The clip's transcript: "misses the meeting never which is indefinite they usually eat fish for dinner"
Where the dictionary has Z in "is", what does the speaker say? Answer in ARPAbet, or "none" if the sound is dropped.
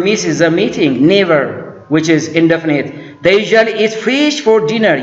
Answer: Z